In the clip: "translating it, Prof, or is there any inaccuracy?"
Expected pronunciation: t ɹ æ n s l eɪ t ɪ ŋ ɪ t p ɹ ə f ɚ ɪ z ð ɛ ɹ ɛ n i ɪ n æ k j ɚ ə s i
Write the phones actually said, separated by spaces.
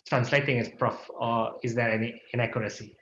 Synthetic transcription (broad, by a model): t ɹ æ n s l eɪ t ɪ ŋ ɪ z p ɹ ə f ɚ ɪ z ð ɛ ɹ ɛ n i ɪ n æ k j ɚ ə s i